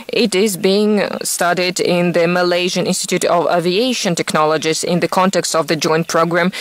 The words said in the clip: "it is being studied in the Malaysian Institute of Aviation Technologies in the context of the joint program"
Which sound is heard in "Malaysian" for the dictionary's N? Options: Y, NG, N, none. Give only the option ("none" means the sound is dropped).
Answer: N